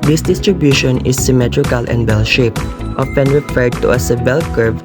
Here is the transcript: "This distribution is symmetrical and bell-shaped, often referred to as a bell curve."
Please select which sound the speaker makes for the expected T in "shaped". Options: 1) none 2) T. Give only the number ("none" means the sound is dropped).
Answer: 2